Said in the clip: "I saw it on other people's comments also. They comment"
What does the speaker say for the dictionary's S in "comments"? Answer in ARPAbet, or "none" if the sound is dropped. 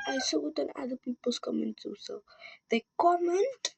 none